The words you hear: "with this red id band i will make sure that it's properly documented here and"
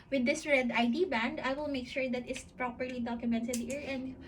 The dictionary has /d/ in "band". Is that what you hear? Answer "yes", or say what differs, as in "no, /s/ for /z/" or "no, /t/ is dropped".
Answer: yes